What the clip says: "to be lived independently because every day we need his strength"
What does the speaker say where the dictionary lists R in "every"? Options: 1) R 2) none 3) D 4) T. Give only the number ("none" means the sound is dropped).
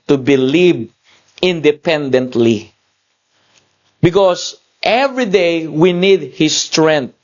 1